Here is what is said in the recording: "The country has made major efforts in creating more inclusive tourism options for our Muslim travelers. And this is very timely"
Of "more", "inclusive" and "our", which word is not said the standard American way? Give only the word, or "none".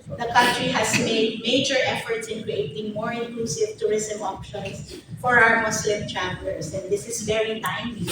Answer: none